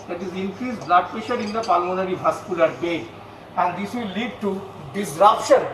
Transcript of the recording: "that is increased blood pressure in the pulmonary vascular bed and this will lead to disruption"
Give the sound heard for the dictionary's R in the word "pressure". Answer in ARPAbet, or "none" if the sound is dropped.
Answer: none